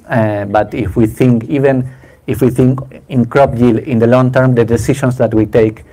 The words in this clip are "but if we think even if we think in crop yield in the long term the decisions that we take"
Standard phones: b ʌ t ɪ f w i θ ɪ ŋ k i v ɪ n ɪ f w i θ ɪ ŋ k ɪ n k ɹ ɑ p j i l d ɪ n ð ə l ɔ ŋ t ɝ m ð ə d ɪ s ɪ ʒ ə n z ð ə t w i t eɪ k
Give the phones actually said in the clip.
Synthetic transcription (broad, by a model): b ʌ t ɪ f w i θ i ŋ k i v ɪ n ɪ f w i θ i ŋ k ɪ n k ɹ ɑ p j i l ɪ n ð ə l ɔ ŋ t ɝ m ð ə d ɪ s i ʃ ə n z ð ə t w i t eɪ k